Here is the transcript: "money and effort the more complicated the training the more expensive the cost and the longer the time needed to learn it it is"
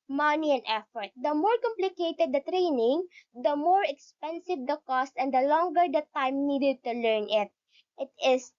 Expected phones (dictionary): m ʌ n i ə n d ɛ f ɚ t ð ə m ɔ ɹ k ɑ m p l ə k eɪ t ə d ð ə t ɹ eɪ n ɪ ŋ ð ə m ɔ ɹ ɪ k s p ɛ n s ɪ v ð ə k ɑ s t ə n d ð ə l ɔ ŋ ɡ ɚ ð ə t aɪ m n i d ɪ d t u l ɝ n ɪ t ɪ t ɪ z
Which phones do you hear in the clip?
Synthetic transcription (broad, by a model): m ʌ n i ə n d ɛ f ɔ t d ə m ɔ ɹ k ɑ m p l ə k eɪ t ə d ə t ɹ eɪ n ɪ ŋ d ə m ɔ ɹ ɪ k s p ɛ n s ɪ v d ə k ɑ s t ə n d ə l ɔ ŋ ɡ ɚ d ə t aɪ m n i d ɪ d t u l ɝ n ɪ t ɪ t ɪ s